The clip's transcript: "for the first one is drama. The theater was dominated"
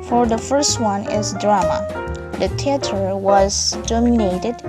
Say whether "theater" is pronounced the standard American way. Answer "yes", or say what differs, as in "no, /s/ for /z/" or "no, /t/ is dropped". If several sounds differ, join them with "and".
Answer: no, /t/ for /θ/